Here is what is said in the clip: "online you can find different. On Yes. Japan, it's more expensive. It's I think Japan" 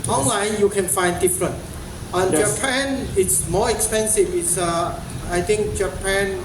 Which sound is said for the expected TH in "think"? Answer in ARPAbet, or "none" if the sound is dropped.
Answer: T